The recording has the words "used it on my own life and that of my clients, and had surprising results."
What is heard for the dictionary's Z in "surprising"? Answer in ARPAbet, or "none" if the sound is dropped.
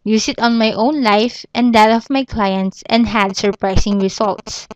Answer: S